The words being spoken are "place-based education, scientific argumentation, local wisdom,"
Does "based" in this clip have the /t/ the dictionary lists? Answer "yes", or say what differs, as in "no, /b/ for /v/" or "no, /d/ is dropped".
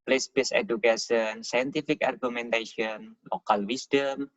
no, /t/ is dropped